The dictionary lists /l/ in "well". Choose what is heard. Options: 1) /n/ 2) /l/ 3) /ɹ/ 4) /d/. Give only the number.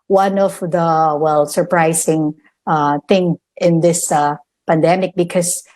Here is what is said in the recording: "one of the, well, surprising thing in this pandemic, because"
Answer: 2